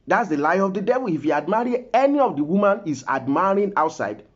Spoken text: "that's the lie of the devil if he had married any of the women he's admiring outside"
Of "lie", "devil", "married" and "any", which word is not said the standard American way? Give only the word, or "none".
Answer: married